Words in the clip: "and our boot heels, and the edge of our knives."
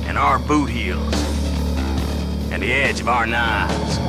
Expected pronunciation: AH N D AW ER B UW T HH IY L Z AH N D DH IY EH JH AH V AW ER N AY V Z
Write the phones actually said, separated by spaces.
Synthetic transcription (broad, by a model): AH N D AW ER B UW T HH IY L Z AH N DH IY EH JH AH V AW ER N AY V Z